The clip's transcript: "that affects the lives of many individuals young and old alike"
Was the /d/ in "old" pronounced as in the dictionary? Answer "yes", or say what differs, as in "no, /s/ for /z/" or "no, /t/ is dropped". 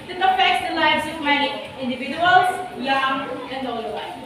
no, /d/ is dropped